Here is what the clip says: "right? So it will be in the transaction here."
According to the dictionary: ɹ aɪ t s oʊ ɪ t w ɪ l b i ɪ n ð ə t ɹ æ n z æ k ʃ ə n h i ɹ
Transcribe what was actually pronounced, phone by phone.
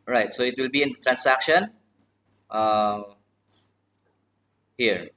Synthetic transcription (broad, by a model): ɹ aɪ t s oʊ ɪ t w ɪ l b i ɪ n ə t ɹ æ n s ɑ k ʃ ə n h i ɹ